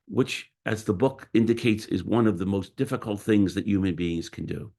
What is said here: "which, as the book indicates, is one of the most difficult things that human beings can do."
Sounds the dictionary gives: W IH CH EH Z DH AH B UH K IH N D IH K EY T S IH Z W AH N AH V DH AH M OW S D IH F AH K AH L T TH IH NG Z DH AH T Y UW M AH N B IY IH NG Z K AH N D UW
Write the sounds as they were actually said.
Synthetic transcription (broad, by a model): W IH CH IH Z DH AH B UH K IH N D IH K EY T S IH Z W AH N AH V DH AH M OW S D IH F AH K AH L T TH IH NG Z DH AH T Y UW M AH N B IY IH NG Z K AH N D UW